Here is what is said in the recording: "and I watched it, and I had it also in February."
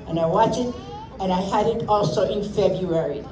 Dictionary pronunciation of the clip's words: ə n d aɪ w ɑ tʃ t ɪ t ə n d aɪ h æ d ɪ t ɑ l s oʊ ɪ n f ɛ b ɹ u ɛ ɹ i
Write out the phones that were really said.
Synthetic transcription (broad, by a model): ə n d aɪ w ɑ tʃ ɪ t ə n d aɪ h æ d ɪ t ɑ l s oʊ ɪ n f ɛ b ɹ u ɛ ɹ i